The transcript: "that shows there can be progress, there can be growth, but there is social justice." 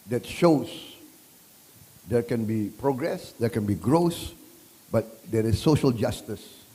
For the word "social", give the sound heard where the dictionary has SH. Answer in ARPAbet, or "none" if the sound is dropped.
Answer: SH